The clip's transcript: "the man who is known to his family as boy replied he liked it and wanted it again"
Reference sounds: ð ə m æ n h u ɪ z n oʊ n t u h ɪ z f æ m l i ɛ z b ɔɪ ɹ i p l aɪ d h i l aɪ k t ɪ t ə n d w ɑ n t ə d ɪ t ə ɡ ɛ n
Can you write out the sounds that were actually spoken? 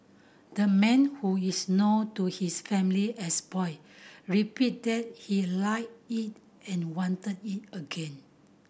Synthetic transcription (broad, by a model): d ə m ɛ n h u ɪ s n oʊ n t u h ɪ s f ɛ m l i ɛ s b ɔɪ ɹ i p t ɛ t h i l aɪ t ɪ t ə n w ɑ n t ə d ɪ t ə ɡ ɛ n